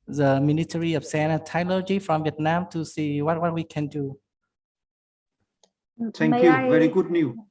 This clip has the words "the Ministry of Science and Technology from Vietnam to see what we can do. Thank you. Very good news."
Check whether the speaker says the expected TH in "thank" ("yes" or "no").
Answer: no